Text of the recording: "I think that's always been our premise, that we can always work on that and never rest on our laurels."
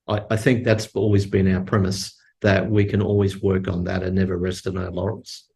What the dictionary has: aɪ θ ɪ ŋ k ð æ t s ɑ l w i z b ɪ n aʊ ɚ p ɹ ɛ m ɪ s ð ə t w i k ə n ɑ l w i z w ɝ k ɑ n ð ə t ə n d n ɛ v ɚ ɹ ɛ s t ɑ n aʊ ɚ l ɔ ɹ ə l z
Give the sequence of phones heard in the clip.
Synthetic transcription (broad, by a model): aɪ θ ɪ ŋ k ð æ t s ɑ l w i z b ɪ n aʊ ɚ p ɹ ɛ m ɪ s ð ə t w i k ə n ɑ l w i z w ɝ k n ð ə t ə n n ɛ v ɚ ɹ ɛ s t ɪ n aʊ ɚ l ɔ ɹ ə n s